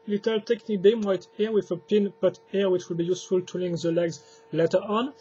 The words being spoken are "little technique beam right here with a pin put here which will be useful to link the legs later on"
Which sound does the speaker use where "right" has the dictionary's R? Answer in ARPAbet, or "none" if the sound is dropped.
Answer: W